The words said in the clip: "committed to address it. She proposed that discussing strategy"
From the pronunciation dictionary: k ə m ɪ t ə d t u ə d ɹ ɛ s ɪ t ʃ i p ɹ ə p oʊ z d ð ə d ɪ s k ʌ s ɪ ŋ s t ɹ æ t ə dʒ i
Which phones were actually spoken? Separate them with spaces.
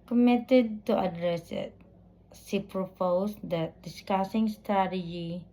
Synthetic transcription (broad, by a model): k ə m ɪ t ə d t u ə d ɹ ɛ s ɪ t s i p ɹ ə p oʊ s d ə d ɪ s k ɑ s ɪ ŋ s t ɹ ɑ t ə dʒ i